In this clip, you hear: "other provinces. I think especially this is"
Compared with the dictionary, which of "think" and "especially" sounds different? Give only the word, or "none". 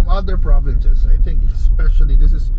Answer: none